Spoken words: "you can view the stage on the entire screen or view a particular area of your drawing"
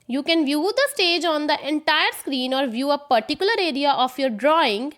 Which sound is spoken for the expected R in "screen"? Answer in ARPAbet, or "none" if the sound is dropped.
R